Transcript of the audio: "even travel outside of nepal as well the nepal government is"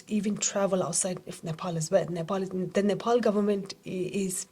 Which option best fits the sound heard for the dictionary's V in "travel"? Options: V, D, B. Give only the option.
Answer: V